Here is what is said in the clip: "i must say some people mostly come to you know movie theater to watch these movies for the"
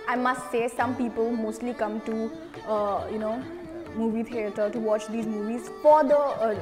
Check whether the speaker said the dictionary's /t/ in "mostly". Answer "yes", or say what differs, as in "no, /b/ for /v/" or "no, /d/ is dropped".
yes